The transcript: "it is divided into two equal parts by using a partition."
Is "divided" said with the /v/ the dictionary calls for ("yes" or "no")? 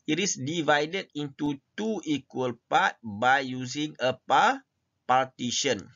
yes